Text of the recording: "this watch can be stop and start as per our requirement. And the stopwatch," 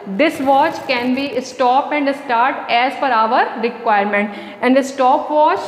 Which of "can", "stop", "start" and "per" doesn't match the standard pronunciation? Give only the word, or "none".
per